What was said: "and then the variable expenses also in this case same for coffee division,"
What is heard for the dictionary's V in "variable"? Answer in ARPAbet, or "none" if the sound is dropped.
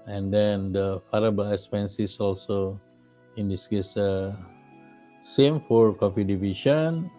F